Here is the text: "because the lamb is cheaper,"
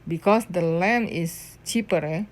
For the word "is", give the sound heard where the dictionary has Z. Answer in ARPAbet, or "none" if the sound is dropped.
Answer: S